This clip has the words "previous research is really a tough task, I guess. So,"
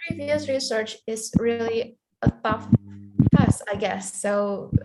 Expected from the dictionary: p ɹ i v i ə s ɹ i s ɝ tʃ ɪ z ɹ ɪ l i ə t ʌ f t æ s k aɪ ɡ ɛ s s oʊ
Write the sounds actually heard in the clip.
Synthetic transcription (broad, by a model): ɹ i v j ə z ɹ i s ɝ tʃ ɪ z ɹ ɪ l i ə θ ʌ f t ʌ s aɪ ɡ ɛ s s oʊ